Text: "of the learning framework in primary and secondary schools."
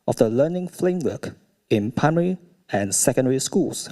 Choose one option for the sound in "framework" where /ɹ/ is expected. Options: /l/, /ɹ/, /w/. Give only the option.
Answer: /l/